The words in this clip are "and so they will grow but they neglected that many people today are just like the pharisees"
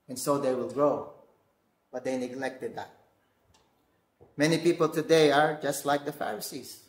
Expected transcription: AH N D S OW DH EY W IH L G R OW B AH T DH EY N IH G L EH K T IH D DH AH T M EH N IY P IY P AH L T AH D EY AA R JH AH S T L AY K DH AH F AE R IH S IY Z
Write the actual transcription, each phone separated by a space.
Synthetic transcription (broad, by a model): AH N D S OW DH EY W IH L G R OW B AH T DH EY N IH G L EH K T IH D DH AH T M EH N IY P IY P AH L T AH D EY AA R JH AH S T L AY K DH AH F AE R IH S IY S